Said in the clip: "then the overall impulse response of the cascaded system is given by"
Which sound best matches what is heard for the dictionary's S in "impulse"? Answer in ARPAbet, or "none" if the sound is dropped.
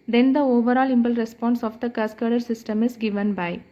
none